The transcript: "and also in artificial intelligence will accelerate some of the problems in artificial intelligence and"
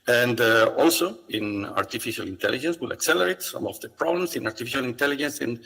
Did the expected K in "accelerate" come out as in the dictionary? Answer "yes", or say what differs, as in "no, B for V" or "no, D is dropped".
yes